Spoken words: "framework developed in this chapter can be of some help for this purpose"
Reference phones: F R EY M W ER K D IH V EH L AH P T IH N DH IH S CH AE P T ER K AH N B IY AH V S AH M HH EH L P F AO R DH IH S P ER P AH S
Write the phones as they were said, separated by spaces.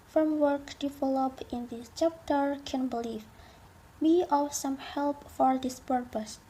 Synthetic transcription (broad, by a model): F R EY M W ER K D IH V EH L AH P IH N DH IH S CH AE P T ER K AH N B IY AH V S AH M HH EH L P F AO R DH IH S P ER P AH S